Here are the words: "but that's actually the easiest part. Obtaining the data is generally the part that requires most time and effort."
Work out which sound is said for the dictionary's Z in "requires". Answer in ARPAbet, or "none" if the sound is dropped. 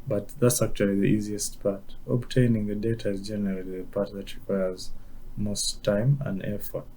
Z